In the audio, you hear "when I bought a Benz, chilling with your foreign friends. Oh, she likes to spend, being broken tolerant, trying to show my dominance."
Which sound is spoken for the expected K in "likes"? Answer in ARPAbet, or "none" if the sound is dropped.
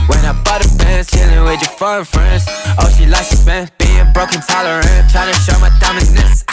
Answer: none